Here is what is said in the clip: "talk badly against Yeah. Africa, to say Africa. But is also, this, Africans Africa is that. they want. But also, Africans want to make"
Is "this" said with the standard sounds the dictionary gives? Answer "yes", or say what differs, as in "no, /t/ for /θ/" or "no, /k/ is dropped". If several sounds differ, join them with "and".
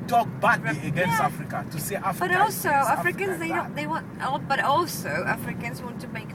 no, /s/ is dropped